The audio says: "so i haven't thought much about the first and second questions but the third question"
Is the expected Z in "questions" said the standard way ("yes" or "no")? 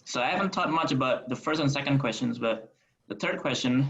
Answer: yes